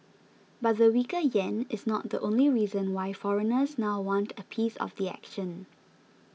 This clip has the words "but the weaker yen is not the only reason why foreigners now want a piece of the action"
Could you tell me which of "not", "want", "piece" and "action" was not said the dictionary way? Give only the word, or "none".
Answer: none